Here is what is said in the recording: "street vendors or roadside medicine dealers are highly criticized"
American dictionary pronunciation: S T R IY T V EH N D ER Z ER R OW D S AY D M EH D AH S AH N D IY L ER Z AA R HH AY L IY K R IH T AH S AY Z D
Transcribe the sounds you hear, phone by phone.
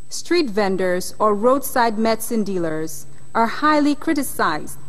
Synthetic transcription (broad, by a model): S T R IY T V EH N D ER Z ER R OW D S AY D M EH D S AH N D IY L ER Z AA R HH AY L IY K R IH T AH S AY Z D